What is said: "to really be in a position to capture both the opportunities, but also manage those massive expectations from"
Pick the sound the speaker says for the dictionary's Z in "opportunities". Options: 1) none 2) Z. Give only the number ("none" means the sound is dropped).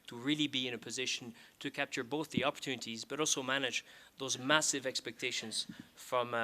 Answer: 2